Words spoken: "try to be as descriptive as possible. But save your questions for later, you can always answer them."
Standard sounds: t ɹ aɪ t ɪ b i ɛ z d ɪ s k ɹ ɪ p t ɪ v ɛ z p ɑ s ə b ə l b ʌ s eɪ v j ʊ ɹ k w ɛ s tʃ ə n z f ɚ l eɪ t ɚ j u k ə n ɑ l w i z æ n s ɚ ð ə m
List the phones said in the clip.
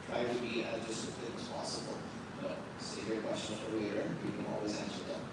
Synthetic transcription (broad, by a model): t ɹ aɪ t ɪ b i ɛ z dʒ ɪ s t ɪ t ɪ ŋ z p ɑ s ə b ə l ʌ s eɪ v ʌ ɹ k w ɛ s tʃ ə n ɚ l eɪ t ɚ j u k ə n ɑ l w i z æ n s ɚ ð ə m